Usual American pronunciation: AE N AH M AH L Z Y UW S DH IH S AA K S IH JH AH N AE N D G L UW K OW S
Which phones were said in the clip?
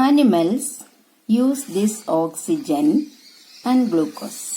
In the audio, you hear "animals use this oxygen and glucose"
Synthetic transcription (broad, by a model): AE N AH M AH L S Y UW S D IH S AA K S IH JH AH N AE N D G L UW K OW S